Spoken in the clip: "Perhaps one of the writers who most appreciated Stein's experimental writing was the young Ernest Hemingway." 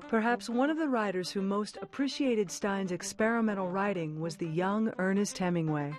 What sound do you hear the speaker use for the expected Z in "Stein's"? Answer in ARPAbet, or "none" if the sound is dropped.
Z